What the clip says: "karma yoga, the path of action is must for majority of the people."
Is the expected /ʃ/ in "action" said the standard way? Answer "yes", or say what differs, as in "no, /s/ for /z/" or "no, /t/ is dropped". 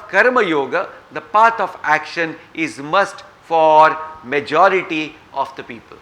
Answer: yes